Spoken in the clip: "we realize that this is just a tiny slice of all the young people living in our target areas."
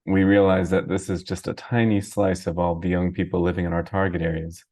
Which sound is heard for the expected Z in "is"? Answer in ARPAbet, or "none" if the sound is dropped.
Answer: Z